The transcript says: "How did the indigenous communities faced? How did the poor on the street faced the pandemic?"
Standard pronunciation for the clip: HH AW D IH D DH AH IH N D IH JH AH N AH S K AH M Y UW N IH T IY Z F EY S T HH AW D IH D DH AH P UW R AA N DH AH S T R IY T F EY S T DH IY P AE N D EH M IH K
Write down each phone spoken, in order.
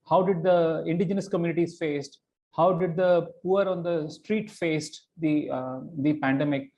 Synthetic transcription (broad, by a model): HH AW D IH D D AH IH N D IH JH AH N AH S K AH M Y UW N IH T IY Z F EY S T HH AW D IH D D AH P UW R AA N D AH S T R IY T F EY S T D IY P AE N D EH M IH K